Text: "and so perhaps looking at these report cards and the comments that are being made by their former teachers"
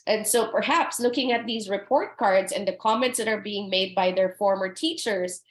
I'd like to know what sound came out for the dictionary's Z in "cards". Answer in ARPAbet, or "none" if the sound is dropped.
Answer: Z